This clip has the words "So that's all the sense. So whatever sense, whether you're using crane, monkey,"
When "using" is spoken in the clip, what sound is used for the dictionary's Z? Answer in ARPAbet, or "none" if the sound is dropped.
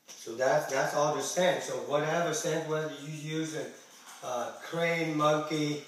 Z